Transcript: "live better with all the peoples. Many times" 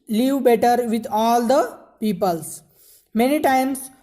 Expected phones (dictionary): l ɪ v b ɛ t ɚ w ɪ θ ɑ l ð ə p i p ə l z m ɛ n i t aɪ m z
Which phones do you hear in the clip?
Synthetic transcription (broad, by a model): l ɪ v b ɛ t ɚ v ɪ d ɑ l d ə p i p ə l s m ɛ n i t aɪ m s